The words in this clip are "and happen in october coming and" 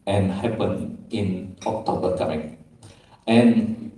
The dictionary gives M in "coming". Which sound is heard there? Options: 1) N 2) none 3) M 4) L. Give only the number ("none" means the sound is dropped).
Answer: 2